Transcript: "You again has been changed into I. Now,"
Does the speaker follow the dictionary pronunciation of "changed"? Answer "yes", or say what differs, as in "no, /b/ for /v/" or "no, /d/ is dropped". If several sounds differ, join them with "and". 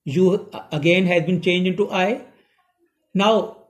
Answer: no, /d/ is dropped